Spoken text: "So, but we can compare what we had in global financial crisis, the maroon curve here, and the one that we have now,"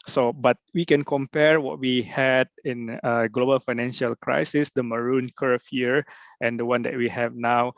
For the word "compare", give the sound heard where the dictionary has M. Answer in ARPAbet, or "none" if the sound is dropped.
M